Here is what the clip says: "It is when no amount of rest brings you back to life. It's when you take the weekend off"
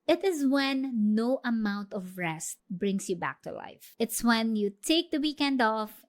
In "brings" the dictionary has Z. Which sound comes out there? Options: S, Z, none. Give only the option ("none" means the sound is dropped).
S